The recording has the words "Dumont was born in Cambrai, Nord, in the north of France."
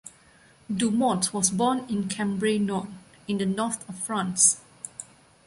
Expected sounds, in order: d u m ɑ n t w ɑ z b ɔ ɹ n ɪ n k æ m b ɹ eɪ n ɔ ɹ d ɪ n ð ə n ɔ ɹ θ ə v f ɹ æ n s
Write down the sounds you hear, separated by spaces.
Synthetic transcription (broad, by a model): d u m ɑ t w ɑ s b ɔ n ɪ n k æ m b ɹ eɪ n ɔ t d ɪ n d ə n ɔ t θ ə f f ɹ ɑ n s